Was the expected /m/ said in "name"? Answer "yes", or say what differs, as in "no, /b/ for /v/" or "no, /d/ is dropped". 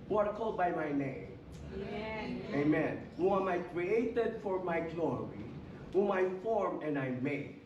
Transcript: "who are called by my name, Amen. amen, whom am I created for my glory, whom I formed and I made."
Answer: no, /m/ is dropped